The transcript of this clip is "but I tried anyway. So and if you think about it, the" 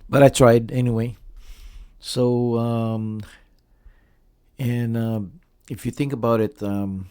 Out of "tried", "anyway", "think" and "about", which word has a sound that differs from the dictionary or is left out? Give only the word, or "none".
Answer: none